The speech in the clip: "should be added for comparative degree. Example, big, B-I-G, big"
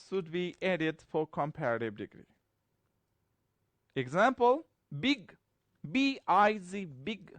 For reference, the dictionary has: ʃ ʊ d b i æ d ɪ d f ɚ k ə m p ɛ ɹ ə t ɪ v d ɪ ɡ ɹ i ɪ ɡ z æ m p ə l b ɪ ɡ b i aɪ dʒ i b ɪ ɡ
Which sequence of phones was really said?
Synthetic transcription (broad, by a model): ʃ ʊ d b i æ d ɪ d f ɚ k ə m p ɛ ɹ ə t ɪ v d ɪ ɡ ɹ i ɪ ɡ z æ m p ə l b ɪ ɡ b i aɪ z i b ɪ ɡ